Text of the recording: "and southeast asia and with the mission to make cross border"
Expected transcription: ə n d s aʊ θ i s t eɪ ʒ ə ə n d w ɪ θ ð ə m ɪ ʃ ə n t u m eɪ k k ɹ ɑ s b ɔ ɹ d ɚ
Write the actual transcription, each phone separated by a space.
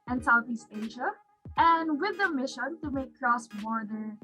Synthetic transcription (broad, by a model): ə n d s aʊ θ i s t eɪ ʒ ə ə n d w ɪ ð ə m ɪ ʃ ə n t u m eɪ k k ɹ ɑ s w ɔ ɹ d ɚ